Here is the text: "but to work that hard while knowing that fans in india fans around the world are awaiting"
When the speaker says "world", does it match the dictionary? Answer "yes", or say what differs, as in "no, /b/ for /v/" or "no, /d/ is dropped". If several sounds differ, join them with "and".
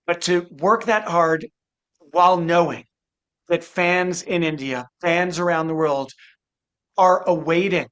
yes